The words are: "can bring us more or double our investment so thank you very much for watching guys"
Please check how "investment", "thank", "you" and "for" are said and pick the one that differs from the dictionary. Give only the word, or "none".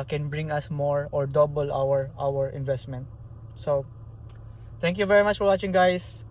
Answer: thank